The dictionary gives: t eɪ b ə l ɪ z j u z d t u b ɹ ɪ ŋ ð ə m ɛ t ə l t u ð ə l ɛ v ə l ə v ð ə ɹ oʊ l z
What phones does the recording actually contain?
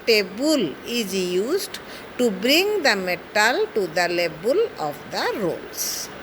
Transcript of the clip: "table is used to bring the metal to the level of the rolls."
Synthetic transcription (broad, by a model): t eɪ b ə l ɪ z j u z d t u b ɹ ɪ ŋ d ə m ɛ t ə l t u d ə l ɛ b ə l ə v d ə ɹ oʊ l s